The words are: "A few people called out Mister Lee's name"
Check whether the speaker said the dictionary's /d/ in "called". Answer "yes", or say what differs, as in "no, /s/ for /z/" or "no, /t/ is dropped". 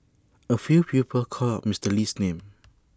no, /d/ is dropped